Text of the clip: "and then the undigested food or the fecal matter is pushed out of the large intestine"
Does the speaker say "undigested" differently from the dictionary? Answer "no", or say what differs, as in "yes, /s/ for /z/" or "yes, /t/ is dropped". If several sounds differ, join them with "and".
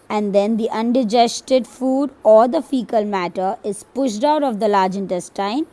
no